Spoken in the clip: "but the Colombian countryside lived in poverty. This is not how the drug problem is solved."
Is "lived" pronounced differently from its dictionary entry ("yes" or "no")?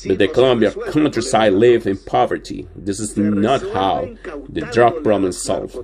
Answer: yes